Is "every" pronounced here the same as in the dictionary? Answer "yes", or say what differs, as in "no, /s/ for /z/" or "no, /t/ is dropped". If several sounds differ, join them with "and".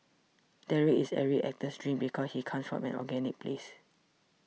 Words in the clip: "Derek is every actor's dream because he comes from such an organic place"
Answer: no, /v/ is dropped